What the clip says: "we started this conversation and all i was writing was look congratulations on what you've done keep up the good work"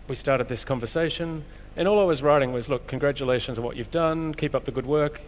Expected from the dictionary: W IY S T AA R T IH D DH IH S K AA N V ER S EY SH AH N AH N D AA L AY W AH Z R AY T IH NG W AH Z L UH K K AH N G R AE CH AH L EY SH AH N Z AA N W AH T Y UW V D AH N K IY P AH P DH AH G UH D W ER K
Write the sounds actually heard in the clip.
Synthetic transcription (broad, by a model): W IY S T AA R T IH D DH IH S K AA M V ER S EY SH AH N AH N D AA L AY W AH Z R AY T IH NG W AH Z L UH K K AH N G R AE CH AH L EY SH AH N Z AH W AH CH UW V D AH N K IY P AH P DH AH G UH D W ER K